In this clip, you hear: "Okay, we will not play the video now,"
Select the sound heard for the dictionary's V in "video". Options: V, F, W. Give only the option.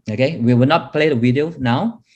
W